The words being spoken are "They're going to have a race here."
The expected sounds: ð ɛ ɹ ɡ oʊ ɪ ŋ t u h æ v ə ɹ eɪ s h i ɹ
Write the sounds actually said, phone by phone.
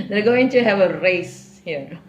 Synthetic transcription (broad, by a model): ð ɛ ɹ ɡ oʊ ɪ ŋ t u h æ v ə ɹ eɪ s h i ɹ